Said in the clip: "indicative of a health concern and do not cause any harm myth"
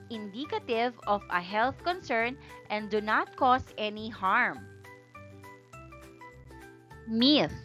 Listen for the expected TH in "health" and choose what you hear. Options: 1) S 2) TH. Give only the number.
2